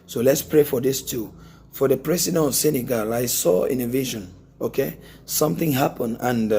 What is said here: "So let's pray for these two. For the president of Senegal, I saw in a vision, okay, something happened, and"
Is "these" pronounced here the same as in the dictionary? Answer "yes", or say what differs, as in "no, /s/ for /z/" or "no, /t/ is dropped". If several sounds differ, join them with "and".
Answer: no, /s/ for /z/